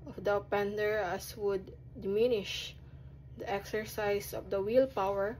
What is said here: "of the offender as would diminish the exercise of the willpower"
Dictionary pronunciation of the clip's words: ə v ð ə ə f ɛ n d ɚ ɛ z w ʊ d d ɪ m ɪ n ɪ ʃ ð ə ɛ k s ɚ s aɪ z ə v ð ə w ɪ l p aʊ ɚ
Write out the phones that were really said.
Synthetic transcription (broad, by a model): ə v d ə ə p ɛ n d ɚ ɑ s w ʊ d d ɪ m ɪ n ɪ ʃ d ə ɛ k s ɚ s aɪ s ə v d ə w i l p aʊ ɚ